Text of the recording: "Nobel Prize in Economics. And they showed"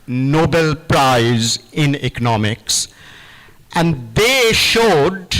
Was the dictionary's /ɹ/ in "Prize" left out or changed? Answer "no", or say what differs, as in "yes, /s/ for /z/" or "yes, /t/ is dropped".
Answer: no